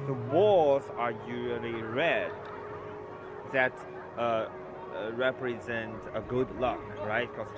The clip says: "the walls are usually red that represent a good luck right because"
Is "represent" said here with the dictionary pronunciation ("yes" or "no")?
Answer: yes